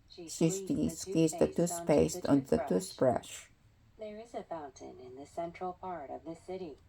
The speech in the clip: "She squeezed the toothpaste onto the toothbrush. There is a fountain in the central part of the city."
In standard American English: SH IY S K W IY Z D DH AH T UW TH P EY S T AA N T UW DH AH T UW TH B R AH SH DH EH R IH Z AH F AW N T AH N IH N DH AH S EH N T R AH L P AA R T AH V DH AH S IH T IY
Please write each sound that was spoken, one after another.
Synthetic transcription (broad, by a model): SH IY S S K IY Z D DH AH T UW S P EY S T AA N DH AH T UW S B R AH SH DH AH R IH Z AH F AW N T AH N IH N DH AH S EH N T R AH L P AA R T AH V DH AH S IH T IY